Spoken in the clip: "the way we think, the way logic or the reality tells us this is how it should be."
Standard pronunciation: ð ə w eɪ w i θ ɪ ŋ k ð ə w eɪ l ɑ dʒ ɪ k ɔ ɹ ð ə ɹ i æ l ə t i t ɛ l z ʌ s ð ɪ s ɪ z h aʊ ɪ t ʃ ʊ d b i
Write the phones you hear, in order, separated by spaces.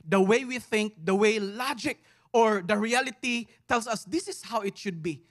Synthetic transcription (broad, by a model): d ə w eɪ w i θ ɪ ŋ k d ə w eɪ l ɑ dʒ ɪ k ɔ ɹ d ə ɹ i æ l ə t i t ɛ l s ʌ s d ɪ s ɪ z h aʊ ɪ t ʃ ʊ d b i